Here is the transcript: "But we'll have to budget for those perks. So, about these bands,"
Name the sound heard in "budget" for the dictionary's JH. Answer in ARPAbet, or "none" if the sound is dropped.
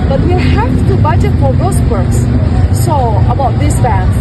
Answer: none